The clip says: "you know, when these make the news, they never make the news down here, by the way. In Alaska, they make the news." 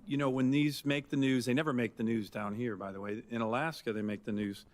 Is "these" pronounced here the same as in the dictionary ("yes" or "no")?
yes